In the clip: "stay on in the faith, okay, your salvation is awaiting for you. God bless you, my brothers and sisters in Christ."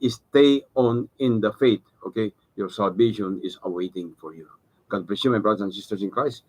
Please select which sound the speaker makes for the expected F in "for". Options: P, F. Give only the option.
F